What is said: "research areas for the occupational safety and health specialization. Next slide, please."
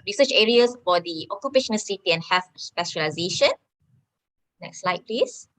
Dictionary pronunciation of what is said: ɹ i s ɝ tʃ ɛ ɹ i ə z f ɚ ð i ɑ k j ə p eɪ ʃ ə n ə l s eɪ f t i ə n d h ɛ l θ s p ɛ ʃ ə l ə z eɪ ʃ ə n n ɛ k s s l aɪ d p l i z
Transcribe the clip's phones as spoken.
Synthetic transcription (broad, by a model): ɹ i s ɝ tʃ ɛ ɹ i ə s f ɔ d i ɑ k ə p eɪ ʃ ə n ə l s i t i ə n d h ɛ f s p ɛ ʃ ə l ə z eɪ ʃ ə n n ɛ k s s l aɪ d p l i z